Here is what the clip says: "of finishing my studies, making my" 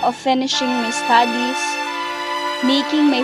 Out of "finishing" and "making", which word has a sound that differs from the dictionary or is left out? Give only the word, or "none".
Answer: none